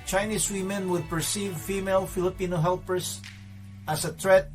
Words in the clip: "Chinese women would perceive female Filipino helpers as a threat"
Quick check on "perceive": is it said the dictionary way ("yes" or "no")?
yes